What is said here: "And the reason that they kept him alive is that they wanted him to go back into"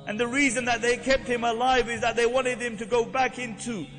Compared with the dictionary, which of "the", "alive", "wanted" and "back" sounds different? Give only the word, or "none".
none